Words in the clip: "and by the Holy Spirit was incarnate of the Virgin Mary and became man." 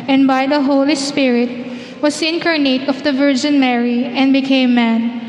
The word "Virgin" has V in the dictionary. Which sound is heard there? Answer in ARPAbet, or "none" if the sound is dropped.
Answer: V